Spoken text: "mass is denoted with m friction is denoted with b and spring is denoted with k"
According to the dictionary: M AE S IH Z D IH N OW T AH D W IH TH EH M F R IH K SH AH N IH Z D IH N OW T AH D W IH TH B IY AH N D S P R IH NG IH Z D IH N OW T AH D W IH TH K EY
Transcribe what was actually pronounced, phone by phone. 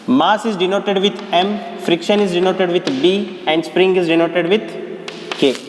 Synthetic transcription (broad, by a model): M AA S IH Z D IH N OW T AH D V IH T EH M F R IH K SH AH N IH Z D IH N OW T AH D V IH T B IY AH N D S P R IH NG IH Z D IH N OW T AH D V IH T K EY